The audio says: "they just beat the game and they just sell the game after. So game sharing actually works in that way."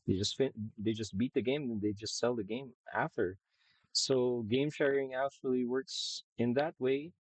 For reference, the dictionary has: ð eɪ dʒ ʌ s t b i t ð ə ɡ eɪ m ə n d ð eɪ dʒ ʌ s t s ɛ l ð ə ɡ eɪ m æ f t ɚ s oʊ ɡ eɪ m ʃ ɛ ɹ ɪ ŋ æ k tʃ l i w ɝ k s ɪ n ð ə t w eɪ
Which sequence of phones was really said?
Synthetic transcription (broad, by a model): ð eɪ dʒ ʌ s t b i t ð ə ɡ eɪ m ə n ð eɪ dʒ ʌ s t s ɛ l ð ə ɡ eɪ m æ f t ɚ s oʊ ɡ eɪ m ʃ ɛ ɹ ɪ ŋ æ k tʃ l i w ɝ k s ɪ n ð ə t w eɪ